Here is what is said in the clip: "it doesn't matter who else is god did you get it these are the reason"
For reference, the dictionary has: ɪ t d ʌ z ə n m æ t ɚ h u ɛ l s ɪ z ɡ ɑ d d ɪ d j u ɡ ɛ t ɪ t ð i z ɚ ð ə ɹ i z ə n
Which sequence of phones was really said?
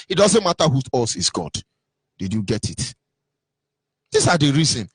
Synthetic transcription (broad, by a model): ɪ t d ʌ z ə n m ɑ t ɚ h u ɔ s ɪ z ɡ ɑ d d ɪ d j u ɡ ɛ t ɪ t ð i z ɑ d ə ɹ i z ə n